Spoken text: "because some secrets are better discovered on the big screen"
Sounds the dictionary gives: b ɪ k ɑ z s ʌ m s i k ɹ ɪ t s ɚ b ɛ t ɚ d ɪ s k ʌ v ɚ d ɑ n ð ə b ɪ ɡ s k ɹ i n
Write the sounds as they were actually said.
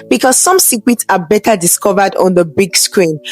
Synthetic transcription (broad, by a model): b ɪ k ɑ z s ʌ m s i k w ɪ t s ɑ b ɛ t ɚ d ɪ s k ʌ v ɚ d ɑ n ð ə b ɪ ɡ s k ɹ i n